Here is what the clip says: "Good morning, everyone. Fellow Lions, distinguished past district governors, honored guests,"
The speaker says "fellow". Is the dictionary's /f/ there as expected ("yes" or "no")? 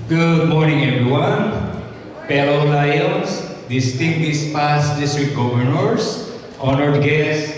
no